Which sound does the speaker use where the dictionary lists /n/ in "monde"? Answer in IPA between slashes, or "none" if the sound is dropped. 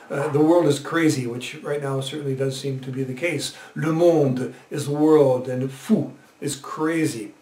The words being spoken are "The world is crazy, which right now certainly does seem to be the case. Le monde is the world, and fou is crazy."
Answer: /n/